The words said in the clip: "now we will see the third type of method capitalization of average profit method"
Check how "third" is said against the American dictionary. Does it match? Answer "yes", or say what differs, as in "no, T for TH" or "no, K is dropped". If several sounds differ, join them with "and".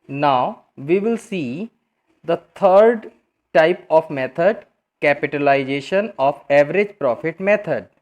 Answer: no, T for TH